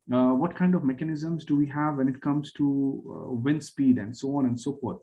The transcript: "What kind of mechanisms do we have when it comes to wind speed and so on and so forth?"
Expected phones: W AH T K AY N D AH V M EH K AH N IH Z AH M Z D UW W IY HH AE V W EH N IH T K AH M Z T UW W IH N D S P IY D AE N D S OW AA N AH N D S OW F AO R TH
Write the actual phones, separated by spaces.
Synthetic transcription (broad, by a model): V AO T K AY N D AH V M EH K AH N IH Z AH M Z D UW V IY HH AE V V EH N IH T K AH M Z T UW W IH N S P IY D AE N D S OW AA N AH N D S OW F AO R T